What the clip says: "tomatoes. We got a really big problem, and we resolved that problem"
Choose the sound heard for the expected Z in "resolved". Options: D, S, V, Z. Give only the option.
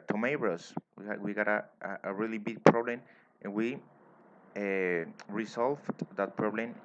S